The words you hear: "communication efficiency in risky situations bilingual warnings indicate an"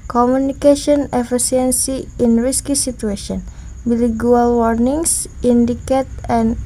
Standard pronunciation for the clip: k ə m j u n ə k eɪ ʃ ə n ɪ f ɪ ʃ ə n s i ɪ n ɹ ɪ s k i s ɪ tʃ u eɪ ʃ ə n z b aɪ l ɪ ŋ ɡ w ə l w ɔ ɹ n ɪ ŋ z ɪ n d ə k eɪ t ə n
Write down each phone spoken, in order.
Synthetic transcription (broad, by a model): k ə m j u n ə k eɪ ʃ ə n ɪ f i s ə n s i ɪ n ɹ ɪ s k i s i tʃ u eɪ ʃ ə n b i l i ɡ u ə l w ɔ ɹ n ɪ ŋ s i n d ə k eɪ t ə n